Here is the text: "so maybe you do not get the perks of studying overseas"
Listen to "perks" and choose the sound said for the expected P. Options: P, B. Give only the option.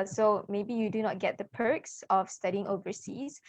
P